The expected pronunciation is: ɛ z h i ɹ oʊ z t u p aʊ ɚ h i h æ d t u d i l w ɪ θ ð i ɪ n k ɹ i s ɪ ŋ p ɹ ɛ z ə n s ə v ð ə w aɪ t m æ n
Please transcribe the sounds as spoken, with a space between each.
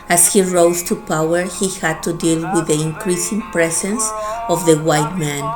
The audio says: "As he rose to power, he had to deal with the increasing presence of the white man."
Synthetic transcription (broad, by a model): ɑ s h i ɹ oʊ s t u p aʊ ɚ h i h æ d t u d i l w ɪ ð i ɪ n k ɹ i s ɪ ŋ p ɹ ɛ s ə n s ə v ð ə w aɪ t m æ n